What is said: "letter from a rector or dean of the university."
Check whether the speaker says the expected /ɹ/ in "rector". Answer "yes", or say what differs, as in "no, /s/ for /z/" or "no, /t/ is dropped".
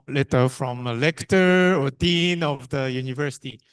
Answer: no, /l/ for /ɹ/